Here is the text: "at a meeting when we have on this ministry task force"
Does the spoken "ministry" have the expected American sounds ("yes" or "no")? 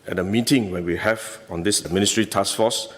yes